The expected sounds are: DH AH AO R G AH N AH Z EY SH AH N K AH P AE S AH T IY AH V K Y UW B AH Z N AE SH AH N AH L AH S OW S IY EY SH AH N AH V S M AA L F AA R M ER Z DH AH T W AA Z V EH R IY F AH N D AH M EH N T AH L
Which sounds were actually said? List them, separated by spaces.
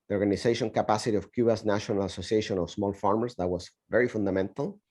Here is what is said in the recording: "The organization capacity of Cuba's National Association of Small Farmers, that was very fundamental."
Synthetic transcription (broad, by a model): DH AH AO R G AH N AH S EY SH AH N K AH P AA S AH T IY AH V K Y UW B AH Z N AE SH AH N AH L AH S OW S IY EY SH AH N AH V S M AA L F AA R M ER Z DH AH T W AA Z V EH R IY F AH N D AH M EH N T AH L